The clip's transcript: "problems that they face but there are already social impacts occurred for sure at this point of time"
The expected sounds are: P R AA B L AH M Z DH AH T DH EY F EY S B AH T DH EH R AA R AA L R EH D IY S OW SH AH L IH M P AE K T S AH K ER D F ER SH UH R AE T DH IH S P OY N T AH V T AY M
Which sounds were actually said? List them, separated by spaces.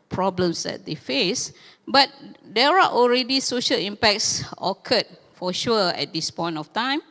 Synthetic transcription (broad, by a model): P R AA B L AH M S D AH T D EY F EY S B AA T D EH R AA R AA L R EH D IY S OW SH AH L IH M P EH K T S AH K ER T F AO SH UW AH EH T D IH S P OY N T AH F T AY M